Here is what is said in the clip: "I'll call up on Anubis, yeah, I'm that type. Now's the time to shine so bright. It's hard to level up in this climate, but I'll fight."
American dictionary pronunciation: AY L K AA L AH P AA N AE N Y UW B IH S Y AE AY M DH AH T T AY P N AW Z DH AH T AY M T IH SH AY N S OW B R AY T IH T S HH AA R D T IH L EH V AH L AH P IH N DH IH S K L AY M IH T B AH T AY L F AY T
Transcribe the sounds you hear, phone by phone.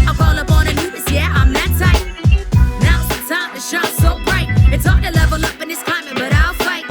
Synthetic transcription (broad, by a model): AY K AA L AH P AA N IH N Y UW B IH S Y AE AY M DH AH T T AY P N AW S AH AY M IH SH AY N S OW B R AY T IH T S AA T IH L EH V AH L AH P IH N DH IH S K AY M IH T B AH T AY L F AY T